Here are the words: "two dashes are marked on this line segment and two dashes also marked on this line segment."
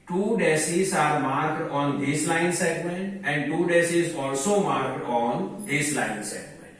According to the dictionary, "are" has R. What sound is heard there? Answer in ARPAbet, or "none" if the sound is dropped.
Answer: R